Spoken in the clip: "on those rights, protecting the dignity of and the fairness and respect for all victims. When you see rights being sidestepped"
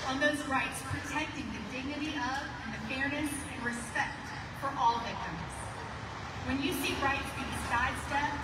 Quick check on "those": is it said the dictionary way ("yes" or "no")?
yes